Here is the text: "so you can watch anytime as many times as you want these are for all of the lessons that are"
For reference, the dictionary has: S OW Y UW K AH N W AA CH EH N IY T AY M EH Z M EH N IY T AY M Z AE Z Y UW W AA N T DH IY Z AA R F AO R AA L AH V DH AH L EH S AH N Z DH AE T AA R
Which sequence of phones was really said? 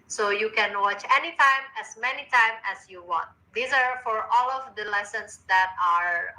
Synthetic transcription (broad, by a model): S OW Y UW K AH N W AA CH EH N IY T AY M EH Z M EH N IY T AY M AE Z Y UW W AA N T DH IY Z AA R F AO R AA L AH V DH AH L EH S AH N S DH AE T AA R